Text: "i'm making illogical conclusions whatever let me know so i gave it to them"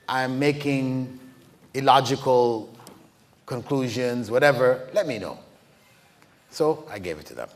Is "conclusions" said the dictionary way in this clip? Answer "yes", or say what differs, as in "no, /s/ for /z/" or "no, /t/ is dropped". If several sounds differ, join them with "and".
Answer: yes